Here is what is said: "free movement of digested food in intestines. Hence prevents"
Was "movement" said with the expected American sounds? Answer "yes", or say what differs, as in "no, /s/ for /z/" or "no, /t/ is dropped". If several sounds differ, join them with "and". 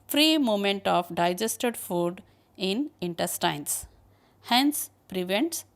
no, /v/ is dropped